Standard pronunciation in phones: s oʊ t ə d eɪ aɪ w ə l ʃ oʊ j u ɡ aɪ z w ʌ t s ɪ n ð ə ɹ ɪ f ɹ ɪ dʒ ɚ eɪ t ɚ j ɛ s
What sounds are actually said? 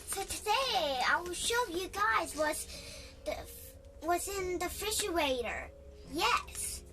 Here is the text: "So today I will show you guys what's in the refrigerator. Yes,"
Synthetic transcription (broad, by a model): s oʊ t ə d eɪ aɪ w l ʃ oʊ j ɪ ɡ aɪ z w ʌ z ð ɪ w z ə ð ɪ f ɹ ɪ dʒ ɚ eɪ t ɚ j ɛ s